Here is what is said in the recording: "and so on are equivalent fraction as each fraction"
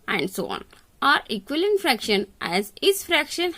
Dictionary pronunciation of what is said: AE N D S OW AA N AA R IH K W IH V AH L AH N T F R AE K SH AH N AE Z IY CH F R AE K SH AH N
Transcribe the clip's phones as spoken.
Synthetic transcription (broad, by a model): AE N D S OW AA N AA R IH K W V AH L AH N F R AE K SH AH N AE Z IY S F R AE K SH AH N